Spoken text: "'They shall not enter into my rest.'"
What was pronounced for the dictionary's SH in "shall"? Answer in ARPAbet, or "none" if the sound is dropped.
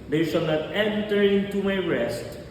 S